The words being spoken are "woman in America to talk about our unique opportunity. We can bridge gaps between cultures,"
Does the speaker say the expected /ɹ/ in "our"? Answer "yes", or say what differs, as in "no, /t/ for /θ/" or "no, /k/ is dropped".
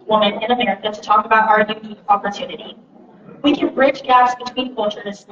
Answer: yes